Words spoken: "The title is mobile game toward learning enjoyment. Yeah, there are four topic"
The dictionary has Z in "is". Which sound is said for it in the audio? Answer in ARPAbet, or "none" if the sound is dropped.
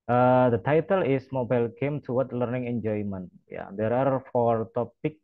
S